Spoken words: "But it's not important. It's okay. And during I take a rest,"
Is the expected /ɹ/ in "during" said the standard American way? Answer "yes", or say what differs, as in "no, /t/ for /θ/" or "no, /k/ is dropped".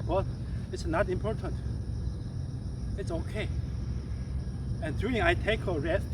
no, /ɹ/ is dropped